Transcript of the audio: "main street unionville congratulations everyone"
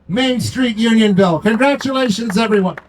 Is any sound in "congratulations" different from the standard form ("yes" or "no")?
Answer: no